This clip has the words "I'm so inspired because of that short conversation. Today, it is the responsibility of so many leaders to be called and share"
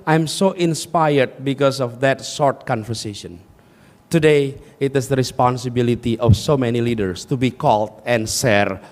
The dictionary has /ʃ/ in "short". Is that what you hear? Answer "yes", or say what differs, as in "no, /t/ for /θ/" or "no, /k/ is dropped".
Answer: no, /s/ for /ʃ/